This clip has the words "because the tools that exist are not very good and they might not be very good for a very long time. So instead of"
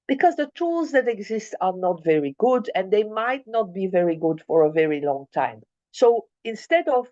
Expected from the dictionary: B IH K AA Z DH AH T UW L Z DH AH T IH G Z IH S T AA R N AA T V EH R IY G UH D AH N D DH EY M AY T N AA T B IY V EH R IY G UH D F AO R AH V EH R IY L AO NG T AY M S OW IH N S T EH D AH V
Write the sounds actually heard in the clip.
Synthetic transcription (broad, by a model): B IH K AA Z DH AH T UW L Z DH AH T IH G Z IH S T AA R N AA T V EH R IY G UH D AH N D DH EY M AY T N AA T B IY V EH R IY G UH D F AO R AH V EH R IY L AO NG T AY M S OW IH N S T EH D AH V